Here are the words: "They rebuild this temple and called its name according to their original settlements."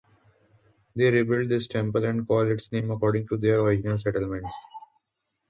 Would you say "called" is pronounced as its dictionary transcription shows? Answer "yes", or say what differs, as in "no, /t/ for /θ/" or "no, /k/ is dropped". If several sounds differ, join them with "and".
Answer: no, /d/ is dropped